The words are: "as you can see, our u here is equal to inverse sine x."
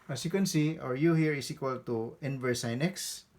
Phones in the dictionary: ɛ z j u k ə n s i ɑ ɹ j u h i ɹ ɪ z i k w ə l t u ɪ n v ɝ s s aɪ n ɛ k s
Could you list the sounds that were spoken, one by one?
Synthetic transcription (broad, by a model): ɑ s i k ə n s i ɑ ɹ j u h i ɹ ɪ s i k w ə l t u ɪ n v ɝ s s aɪ n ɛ k s